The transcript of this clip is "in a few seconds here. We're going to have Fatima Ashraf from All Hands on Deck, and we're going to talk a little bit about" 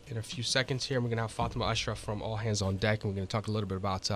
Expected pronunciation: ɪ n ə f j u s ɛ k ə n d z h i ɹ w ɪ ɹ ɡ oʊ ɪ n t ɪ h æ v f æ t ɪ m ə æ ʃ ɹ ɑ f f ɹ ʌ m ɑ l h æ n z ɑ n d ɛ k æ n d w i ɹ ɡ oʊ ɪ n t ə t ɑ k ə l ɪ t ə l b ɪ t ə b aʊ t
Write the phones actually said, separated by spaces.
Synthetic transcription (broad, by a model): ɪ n ə f j u s ɛ k ə n d z h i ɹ w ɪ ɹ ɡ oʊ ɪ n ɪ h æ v f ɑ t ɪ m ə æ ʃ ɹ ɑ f f ɹ ʌ m ɑ l h æ n z n d ɛ k n w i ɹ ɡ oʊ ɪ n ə t ɑ k ə l ɪ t l b ɪ t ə b aʊ t